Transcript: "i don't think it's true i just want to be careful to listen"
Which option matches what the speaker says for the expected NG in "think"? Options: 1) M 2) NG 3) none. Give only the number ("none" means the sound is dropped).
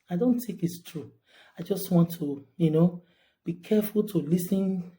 3